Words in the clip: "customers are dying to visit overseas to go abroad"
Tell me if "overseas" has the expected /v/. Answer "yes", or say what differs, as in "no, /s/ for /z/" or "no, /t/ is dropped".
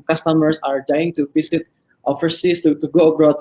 no, /f/ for /v/